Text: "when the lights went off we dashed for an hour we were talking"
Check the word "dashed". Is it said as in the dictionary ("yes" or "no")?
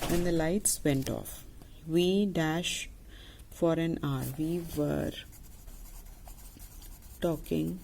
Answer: yes